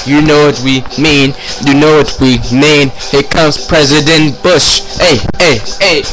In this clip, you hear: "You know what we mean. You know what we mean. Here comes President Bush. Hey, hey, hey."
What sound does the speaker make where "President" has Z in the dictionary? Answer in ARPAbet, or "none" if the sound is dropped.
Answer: Z